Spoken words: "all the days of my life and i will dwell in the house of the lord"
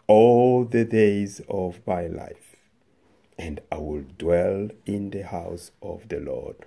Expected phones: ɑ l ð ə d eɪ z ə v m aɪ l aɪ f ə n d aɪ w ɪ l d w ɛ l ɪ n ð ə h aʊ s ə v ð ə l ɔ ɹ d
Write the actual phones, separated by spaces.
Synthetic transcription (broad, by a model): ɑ l ð ə d eɪ z ə v m aɪ l aɪ f ə n d aɪ w ɪ l d w ɛ l ɪ n ð ə h aʊ s ə v ð ə l ɔ ɹ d